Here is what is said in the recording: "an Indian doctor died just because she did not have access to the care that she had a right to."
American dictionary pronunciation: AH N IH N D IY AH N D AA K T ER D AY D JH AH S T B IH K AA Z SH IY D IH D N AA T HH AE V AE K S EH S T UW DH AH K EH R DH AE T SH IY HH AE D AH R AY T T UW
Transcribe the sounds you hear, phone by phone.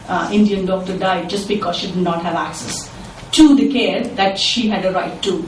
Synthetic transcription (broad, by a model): IH N D IY AH N D AA K T ER D AY D JH AH S T B IH K AA Z SH IY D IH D N AA T HH AE V AE K S EH S T UW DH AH K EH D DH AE T SH IY HH AE D AH R AY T T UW